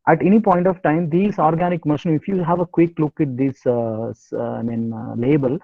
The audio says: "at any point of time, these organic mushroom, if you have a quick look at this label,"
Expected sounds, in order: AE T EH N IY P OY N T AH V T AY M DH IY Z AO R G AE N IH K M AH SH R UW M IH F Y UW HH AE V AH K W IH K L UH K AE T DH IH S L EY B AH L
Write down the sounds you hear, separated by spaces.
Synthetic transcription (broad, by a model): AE T EH N IY P OY N T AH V T AY M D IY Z AO R G AE N IH K M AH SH UW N IH F Y UW HH AE V AH K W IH K L UH K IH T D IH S L EY B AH L